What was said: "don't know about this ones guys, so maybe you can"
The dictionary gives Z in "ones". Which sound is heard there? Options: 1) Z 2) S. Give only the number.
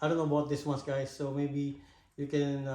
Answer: 2